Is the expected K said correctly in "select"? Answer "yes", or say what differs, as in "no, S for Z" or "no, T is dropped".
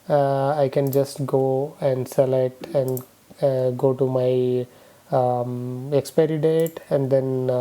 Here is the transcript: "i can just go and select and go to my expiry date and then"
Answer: no, K is dropped